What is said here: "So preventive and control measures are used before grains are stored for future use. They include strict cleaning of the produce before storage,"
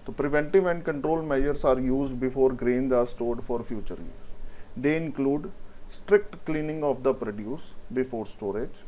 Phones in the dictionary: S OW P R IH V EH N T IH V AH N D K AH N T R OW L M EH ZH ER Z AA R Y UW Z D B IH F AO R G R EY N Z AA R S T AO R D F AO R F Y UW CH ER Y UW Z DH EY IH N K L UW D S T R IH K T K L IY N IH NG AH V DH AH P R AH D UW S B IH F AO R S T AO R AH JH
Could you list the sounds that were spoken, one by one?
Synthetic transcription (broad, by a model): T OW P R IH V EH N T IH V AH N D K AH N T R OW L M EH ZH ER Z AA R Y UW Z D B IH F AO R G R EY N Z AA R S T AO R D F AO R F Y UW CH ER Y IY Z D EY IH N K L UW D S T R IH K T K L IY N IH NG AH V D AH P R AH D UW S B IH F AO R S T AO R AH JH